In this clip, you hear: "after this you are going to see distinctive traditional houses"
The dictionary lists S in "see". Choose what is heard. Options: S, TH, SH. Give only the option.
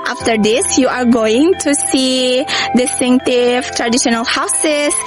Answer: S